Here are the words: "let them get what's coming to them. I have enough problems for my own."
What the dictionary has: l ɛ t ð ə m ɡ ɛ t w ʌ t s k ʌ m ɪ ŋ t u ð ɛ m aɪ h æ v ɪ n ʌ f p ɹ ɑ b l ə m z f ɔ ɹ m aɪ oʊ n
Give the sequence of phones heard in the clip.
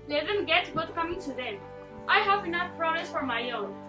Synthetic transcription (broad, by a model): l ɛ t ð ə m ɡ ɛ t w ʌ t k ʌ m ɪ ŋ t u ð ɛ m aɪ h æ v ɪ n ʌ f p ɹ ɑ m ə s f ɔ ɹ m aɪ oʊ n